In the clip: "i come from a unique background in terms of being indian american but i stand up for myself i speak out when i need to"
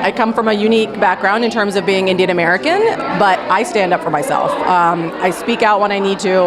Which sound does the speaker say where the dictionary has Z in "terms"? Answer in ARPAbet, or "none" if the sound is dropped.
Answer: Z